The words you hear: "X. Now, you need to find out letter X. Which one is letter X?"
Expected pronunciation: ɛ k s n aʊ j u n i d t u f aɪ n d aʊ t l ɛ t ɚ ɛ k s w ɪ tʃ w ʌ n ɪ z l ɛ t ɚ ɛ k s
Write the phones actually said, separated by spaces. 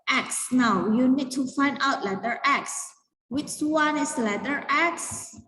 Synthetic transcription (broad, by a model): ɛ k s n aʊ j u n i d t u f aɪ n d aʊ t l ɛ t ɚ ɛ k s w ɪ tʃ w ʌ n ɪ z l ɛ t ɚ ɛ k s